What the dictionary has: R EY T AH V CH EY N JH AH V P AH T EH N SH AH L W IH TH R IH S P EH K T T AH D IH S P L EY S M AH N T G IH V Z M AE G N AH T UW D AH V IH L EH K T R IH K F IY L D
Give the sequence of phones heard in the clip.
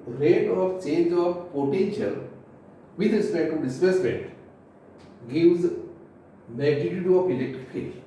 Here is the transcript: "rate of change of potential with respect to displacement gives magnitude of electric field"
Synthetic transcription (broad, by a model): R EY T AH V CH EY N JH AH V P AH T EH N SH AH L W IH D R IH S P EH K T T AH D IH S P EY S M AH N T G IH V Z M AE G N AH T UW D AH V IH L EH K T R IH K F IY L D